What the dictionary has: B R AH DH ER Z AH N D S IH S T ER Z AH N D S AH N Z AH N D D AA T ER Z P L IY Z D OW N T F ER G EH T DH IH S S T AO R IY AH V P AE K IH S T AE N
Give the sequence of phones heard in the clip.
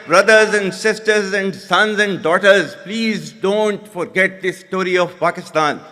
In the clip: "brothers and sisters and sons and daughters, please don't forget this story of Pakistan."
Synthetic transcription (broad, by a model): B R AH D ER Z AH N D S IH S T ER Z AH N D S AH N Z AH N D D AA T ER Z P L IY Z D OW N T F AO G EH T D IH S S T AO R IY AH V P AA K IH S T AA N